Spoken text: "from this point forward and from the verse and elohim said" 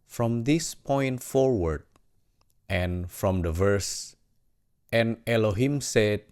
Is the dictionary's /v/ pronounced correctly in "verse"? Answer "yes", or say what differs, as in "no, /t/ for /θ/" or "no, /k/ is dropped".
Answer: yes